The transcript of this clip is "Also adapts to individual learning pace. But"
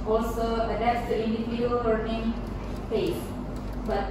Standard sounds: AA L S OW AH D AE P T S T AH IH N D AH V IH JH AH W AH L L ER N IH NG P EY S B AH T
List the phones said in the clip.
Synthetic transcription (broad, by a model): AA L S OW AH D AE T S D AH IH N D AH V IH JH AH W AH L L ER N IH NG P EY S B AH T